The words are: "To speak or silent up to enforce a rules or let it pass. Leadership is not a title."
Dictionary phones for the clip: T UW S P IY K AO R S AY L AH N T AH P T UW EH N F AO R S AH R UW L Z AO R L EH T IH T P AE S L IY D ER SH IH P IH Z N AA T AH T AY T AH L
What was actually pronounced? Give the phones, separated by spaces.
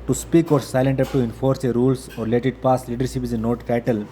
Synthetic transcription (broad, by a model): T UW S P IY K AO R S AY L AH N T AH P T UW EH N F AO R S AH R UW L S AO R L EH T IH T P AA S L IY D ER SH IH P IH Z N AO T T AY T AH L